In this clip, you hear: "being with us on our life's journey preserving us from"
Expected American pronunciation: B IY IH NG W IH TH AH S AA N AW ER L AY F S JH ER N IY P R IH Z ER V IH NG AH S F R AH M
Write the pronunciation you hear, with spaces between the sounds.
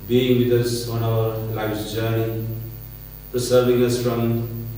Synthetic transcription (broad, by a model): B IY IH NG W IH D AH S AA N AW ER L AY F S JH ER N IY P R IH S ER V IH NG AH S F R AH M